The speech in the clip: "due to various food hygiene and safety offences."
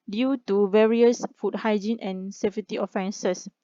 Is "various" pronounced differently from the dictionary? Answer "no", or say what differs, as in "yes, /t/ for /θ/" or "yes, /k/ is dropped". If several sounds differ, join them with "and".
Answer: no